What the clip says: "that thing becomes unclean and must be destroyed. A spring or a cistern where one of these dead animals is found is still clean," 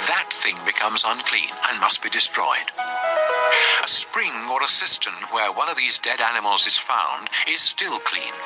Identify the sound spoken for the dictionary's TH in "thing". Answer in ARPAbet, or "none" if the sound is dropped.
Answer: TH